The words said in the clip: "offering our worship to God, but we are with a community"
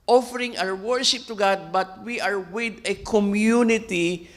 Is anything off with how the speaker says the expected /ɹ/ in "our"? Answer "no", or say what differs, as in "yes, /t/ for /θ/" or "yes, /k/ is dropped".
yes, /w/ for /ɹ/